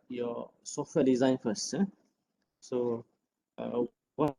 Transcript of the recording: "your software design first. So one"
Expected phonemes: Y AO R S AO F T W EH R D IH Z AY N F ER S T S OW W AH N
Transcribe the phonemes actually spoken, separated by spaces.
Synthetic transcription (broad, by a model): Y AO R S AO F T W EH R D IH Z AY N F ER S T S OW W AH